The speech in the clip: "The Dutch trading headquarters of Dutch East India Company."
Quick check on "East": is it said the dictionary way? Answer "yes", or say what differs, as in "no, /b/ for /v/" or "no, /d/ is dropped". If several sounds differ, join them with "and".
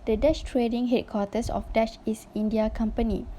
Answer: no, /t/ is dropped